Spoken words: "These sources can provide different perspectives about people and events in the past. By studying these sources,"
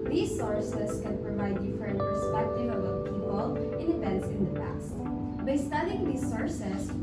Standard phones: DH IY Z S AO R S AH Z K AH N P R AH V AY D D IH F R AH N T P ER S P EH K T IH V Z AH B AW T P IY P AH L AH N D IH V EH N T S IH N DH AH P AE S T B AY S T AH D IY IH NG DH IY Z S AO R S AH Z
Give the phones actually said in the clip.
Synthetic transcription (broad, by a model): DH IY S AO R S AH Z K AH N P R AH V AY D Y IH F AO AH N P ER S P EH K T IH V AH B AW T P IY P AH L AH N D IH P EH N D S IH N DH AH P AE S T B AY S T AH D IY IH NG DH IY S AO R S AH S